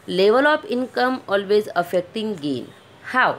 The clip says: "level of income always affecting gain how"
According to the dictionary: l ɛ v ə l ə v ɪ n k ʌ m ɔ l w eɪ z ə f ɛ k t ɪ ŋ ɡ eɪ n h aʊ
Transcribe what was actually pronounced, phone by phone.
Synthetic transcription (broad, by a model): l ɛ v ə l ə p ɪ n k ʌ m ɔ l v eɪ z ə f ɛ k t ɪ ŋ ɡ eɪ n h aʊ